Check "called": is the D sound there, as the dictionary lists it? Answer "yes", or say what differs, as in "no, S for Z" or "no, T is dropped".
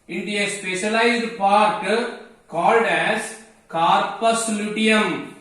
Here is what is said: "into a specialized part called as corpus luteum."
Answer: yes